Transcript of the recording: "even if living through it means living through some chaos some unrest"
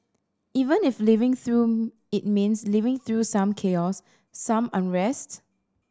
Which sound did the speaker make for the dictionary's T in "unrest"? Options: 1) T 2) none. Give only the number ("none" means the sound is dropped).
1